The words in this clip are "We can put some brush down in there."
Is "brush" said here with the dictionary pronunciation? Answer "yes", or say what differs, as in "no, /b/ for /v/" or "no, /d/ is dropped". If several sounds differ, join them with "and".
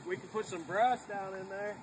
no, /s/ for /ʃ/